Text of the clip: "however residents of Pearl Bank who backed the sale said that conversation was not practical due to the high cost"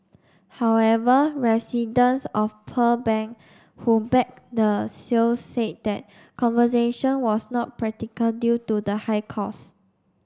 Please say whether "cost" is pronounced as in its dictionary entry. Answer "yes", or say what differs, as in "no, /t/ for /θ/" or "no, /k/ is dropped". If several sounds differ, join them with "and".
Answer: no, /t/ is dropped